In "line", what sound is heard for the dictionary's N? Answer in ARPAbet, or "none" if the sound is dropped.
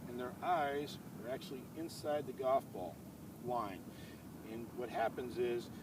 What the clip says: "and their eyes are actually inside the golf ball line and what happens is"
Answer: N